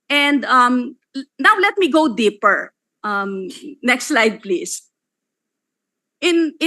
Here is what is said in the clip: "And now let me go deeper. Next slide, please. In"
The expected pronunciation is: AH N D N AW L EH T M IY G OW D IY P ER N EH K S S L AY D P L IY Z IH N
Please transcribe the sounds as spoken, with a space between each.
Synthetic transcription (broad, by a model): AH N D N AW L EH T M IY G OW D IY P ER N EH K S S L AY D P L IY S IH N